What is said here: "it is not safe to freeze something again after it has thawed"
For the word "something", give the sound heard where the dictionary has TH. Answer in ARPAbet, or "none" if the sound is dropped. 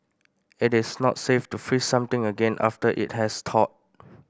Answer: T